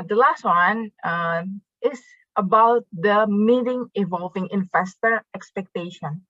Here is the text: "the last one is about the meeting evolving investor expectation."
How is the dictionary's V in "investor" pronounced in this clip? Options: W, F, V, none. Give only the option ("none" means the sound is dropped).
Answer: F